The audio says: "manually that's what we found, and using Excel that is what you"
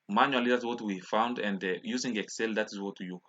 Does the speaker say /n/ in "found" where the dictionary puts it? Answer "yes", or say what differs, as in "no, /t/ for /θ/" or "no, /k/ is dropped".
yes